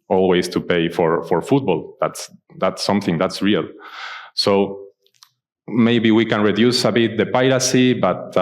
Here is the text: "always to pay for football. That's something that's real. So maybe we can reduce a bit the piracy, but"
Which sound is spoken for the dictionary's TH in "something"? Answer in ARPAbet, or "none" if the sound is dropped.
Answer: TH